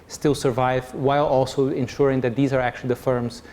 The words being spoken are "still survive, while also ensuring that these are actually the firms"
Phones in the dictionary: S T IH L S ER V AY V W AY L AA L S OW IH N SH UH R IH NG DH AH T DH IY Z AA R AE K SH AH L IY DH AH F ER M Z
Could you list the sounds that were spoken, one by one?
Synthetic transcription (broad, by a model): S T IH L S ER V AY V W AY L AA L S OW IH N SH UH R IH NG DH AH T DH IY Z AA R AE K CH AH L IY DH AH F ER M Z